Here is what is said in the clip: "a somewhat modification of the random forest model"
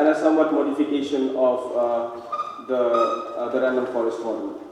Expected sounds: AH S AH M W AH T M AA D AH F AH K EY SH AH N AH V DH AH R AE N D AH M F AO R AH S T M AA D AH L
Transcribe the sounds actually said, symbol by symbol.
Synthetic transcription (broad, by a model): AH S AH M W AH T M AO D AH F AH K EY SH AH N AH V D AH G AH D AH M F AO R AH S T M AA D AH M